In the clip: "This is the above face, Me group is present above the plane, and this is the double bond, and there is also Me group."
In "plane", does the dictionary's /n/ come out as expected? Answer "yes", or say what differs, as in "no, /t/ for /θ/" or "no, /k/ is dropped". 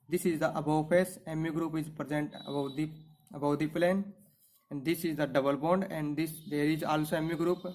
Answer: yes